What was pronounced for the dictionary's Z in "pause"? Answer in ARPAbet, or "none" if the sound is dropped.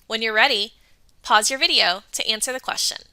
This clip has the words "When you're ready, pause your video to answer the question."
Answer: Z